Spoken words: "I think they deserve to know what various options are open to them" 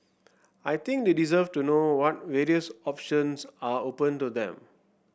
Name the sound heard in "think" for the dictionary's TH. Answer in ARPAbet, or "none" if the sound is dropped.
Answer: T